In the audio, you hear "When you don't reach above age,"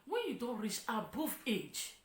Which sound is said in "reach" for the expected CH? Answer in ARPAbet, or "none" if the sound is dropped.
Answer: S